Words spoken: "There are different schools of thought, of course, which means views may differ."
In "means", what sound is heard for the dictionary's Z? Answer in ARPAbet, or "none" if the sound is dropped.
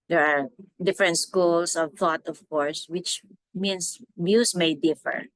S